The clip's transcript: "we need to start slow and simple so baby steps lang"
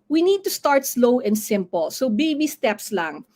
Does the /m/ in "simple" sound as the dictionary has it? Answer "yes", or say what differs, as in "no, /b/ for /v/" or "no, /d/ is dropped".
yes